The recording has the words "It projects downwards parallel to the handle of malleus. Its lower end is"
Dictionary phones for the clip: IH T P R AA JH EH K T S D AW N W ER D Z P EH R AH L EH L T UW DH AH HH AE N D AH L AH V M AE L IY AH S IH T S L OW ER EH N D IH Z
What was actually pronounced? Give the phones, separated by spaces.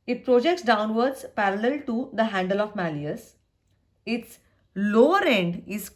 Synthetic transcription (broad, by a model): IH T P R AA JH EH K T S D AW N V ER D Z P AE R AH L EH L T UW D AH HH AE N D AH L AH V M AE L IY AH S IH T S L OW ER EH N D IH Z